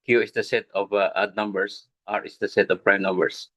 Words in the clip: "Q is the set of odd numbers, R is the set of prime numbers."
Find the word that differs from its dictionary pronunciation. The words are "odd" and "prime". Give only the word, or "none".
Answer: none